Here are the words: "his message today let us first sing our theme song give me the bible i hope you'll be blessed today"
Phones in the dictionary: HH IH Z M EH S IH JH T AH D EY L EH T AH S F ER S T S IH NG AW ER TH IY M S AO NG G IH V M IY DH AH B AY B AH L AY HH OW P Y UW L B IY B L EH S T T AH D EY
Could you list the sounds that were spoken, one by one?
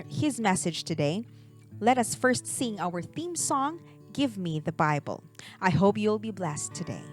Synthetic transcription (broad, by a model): HH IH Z M EH S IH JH T AH D EY L EH T AH S F ER S T S IH NG AW ER TH IY M S AO NG G IH V M IY DH AH B AY B AH L AY HH OW P Y UW L B IY B L EH S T T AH D EY